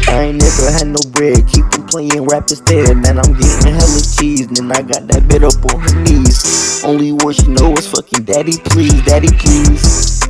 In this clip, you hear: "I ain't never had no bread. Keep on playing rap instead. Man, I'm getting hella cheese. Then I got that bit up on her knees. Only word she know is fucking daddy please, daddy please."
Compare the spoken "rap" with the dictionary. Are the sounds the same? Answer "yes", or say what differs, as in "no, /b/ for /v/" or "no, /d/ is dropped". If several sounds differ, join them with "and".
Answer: yes